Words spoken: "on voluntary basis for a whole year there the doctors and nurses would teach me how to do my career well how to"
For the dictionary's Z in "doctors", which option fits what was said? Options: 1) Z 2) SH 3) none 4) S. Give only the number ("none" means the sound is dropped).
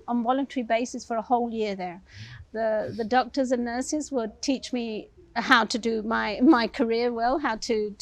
1